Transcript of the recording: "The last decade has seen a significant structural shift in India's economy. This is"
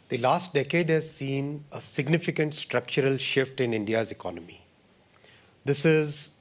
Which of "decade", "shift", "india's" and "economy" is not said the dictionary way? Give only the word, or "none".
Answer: none